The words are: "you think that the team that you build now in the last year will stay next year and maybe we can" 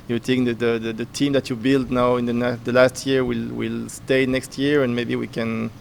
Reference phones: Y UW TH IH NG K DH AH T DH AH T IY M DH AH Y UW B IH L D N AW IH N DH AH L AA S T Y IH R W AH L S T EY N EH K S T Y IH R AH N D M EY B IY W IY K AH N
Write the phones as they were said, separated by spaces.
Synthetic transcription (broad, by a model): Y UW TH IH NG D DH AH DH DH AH T IY M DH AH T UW B IH L D N AW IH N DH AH L AA S T Y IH R W AH L S T EY N EH K S T Y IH R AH N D M EY B IY W IY K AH N